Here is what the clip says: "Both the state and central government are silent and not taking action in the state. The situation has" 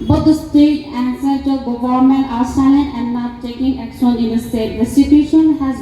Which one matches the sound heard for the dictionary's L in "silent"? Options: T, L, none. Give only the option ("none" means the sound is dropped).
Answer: none